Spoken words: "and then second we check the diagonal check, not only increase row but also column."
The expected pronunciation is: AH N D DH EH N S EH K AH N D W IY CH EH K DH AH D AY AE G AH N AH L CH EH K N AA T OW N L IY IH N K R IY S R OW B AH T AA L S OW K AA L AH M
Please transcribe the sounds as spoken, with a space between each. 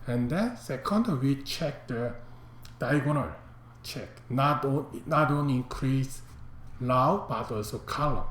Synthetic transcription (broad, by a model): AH N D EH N S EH K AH N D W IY CH EH K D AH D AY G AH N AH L CH EH K N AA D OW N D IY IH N K R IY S L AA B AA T AA L S OW K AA L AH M